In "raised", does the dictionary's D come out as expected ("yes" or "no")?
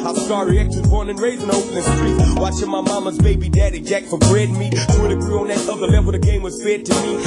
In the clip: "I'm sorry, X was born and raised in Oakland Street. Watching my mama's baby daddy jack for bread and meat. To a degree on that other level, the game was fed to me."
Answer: no